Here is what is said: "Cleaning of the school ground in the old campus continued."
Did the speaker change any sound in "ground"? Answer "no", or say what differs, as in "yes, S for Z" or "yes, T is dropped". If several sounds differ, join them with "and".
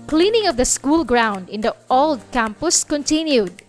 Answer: no